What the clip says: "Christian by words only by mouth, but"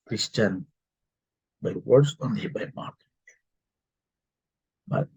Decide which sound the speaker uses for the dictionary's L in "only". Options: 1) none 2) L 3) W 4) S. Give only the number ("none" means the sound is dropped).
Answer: 1